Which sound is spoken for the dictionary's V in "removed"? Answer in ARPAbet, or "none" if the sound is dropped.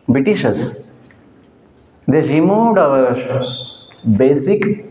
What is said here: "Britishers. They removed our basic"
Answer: none